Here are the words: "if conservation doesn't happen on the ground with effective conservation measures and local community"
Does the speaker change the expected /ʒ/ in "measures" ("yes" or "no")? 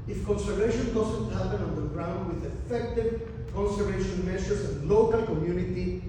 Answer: yes